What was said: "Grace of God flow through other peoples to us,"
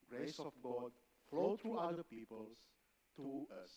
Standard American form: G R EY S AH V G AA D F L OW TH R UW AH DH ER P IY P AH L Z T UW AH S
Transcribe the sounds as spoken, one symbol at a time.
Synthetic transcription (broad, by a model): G R EY S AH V G AA D F L OW T R UW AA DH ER P IY P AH L S T UW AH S